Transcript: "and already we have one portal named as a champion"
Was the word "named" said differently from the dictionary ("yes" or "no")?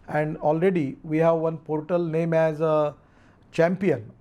yes